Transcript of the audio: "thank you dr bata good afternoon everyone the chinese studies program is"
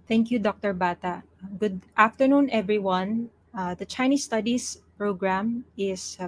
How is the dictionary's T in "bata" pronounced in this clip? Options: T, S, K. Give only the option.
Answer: T